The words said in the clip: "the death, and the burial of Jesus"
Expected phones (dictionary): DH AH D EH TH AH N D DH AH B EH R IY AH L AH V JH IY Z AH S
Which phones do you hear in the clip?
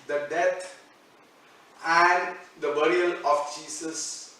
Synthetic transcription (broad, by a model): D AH D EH T AH N D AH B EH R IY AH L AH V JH IY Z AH S